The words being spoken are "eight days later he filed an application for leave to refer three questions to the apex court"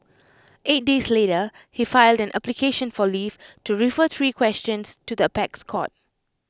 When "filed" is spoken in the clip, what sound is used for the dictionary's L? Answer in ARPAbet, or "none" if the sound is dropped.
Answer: L